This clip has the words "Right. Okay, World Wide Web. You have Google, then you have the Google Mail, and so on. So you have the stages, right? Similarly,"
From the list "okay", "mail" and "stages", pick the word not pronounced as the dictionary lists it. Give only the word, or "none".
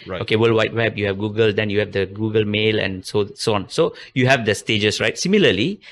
stages